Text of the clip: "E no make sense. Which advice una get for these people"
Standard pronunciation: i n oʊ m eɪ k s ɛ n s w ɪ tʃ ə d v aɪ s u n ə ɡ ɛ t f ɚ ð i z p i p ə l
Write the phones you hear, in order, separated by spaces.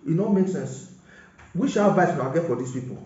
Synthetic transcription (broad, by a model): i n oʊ m eɪ k s ɛ n s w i ʃ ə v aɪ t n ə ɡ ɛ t f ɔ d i s p i p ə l